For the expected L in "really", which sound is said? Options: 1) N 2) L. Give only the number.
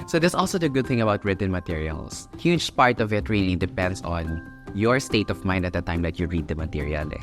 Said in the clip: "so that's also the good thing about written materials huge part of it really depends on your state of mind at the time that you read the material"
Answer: 1